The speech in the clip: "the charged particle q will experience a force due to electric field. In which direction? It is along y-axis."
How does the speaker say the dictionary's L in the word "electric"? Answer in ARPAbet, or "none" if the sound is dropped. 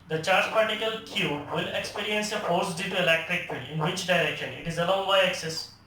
L